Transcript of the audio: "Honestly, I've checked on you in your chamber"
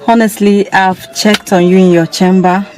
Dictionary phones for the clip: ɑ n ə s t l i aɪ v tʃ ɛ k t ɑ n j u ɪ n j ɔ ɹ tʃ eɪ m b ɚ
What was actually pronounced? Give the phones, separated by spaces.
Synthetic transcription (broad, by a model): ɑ n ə s t l i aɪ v tʃ ɛ k t ɑ n j u ɪ n j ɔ tʃ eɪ m b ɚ